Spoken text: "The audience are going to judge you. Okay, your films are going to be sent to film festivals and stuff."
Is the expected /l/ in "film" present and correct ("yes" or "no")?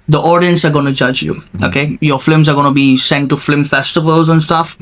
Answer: no